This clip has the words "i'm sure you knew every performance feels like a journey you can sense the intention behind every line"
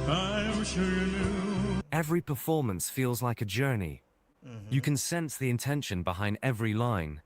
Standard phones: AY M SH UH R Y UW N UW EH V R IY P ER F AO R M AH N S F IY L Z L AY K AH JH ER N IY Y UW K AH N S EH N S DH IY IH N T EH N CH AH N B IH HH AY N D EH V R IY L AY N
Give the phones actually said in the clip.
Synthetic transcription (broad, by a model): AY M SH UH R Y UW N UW EH V R IY P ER F AO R M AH N S F IY L Z L AY K AH JH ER N IY Y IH K AH N S EH N S DH IY IH N T EH N SH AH N B IH HH AY N D EH V R IY L AY N